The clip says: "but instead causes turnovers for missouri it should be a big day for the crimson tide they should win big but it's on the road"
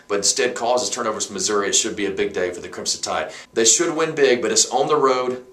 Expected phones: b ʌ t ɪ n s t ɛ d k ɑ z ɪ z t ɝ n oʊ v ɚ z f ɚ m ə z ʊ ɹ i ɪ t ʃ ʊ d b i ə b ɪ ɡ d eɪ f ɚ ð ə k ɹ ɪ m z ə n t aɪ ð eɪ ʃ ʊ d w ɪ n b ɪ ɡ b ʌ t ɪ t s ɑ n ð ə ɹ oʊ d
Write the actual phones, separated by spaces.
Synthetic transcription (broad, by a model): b ʌ t ɪ n s t ɛ d k ɑ z ɪ z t ɝ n oʊ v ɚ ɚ m ə z ʊ ɹ i ɪ t ʃ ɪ d b i ə b ɪ ɡ d eɪ f ɚ ð ə k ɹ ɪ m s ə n t aɪ ð eɪ ʃ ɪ d w ɪ n b ɪ ɡ b ʌ t ɪ t s n ð ə ɹ oʊ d